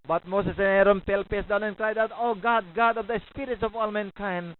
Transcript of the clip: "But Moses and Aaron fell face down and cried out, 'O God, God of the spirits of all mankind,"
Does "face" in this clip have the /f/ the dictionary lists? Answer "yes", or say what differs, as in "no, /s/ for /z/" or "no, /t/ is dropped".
no, /p/ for /f/